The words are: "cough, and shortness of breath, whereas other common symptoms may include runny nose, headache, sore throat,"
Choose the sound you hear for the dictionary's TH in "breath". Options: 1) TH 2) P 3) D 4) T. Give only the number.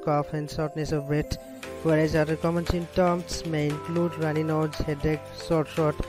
4